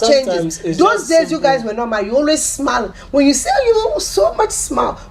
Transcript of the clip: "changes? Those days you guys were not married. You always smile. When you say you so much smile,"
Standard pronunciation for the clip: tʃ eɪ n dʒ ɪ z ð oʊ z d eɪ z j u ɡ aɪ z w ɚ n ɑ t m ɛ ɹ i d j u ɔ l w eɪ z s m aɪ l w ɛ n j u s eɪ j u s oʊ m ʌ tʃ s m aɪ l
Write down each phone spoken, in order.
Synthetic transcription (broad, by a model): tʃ eɪ n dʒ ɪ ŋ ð oʊ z d eɪ z j u ɡ aɪ z w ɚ n ɑ t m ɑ i j u ɔ l w eɪ z s m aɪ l w ɛ n j u s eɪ j u s oʊ m ʌ tʃ s m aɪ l